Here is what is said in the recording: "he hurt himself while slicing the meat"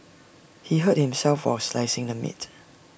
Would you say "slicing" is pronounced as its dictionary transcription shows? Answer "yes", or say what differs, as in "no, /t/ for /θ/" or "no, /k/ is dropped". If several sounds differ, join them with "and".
yes